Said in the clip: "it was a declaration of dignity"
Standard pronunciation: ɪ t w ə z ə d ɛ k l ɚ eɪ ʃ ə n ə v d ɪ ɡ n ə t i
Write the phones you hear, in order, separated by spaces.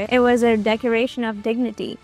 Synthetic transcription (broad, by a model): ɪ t w ə z ə d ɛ k ɚ eɪ ʃ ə n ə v d ɪ ɡ n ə t i